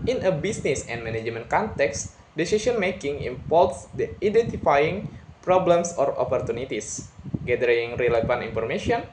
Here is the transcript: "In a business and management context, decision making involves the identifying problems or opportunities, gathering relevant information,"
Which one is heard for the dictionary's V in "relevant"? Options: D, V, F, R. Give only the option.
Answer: F